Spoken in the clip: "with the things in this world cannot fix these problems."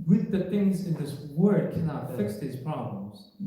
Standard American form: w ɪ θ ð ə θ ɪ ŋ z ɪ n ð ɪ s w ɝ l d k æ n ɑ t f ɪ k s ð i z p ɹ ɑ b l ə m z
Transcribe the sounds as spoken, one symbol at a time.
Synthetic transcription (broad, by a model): w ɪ ð ə θ ɪ ŋ z ɪ n ð ɪ s w ɝ d k æ n ɑ t f ɪ k s ð i z p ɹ ɑ b l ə m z